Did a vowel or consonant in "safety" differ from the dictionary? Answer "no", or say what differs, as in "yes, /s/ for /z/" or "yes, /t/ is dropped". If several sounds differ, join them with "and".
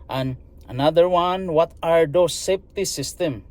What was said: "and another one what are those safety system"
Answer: yes, /p/ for /f/